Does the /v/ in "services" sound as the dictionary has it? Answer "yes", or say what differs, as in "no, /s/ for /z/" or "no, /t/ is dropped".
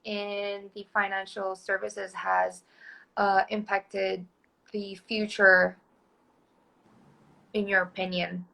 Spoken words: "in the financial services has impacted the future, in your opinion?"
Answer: yes